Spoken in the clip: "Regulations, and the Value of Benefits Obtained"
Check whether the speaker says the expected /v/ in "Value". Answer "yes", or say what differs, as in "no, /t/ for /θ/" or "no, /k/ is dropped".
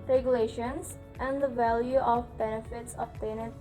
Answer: yes